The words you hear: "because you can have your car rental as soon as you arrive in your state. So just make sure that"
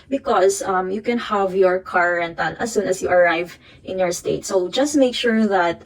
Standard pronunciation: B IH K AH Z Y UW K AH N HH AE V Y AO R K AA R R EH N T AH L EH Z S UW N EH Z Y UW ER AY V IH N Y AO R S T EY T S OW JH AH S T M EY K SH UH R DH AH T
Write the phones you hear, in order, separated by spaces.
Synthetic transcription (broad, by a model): B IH K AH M Y UW K AH N HH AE V Y AO R K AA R R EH N T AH N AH S UW N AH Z Y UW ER AY V IH N Y AO R S T EY T S OW JH AH S T M EY K SH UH R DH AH T